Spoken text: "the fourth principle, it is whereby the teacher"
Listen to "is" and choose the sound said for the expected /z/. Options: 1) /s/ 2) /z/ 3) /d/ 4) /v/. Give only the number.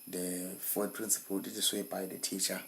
1